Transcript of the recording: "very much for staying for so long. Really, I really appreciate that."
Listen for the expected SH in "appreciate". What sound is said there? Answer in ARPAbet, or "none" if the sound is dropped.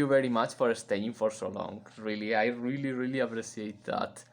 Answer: S